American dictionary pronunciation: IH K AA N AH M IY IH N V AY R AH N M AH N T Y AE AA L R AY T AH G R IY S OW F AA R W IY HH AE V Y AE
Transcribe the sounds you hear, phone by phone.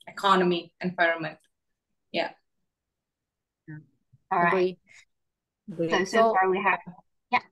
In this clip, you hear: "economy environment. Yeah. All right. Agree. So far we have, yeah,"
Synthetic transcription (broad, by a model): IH K AA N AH M IY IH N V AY R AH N M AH N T Y AE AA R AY AH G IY S OW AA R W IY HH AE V Y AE